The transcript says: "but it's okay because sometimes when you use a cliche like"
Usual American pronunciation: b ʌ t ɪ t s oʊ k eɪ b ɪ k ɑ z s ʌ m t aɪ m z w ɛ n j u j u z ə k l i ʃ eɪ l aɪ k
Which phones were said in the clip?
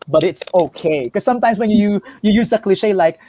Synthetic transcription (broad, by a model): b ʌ t ɪ t s oʊ k eɪ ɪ k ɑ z s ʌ m t aɪ m s w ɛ n j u j u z ə k l i ʃ eɪ l aɪ k